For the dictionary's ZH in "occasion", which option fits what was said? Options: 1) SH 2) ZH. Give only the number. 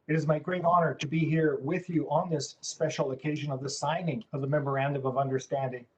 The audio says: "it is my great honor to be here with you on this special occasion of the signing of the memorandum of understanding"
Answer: 2